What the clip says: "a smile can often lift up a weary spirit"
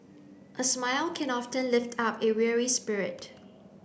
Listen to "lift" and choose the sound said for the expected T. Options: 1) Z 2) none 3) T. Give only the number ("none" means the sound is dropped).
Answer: 3